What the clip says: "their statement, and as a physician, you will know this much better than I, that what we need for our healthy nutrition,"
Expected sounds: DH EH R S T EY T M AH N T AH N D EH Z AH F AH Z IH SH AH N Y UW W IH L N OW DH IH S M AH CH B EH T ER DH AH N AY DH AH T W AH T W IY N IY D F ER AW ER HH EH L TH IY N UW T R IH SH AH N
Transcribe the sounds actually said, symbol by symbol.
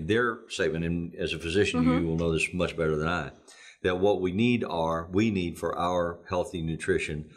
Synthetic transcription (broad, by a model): DH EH R S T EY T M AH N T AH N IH Z AH F AH Z IH SH AH N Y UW W IH L N OW DH IH S M AH CH B EH T ER DH AH N AY DH AH T W AH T W IY N IY D F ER AW ER HH EH L TH IY N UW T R IH SH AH N